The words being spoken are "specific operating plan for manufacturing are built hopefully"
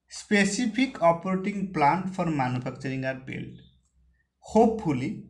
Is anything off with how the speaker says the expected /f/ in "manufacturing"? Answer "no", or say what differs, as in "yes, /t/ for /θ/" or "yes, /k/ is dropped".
yes, /p/ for /f/